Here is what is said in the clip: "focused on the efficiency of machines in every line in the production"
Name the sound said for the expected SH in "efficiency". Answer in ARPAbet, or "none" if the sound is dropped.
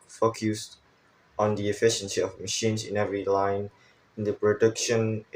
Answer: SH